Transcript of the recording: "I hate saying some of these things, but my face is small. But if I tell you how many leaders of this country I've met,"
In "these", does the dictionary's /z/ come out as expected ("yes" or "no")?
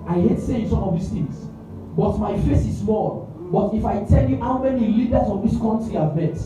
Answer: no